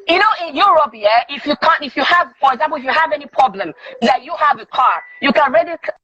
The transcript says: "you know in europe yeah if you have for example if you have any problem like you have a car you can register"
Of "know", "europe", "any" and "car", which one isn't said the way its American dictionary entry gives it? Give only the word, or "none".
europe